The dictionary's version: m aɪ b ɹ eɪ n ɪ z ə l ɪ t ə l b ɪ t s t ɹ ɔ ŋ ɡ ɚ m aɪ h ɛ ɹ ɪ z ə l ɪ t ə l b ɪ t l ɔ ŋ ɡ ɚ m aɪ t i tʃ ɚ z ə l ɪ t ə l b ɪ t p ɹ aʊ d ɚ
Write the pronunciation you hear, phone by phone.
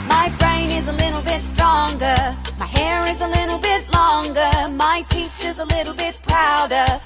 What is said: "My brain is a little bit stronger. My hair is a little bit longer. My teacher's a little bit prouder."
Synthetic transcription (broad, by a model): m aɪ b ɹ eɪ n ɪ z ə l ɪ t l b ɪ t s t ɹ ɔ ŋ ɡ ɚ m aɪ h ɛ ɹ ɪ z ə l ɪ t l b ɪ t l ɔ ŋ ɡ ɚ m aɪ t i tʃ ɚ z ə l ɪ t l b ɪ t p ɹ aʊ d ɚ